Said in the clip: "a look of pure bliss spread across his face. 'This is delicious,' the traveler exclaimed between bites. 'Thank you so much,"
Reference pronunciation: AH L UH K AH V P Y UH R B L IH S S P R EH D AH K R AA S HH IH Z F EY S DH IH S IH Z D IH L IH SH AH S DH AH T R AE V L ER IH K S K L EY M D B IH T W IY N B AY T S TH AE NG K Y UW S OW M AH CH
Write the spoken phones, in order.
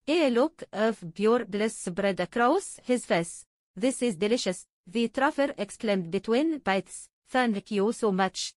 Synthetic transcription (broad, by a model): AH L UH K AH V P Y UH R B L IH S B R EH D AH K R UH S HH IH Z F EY S DH IH S IH Z D IH L IH SH AH S DH AH T R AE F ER IH K S K L EY M D B IH T W IY N B AY T S F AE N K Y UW S OW M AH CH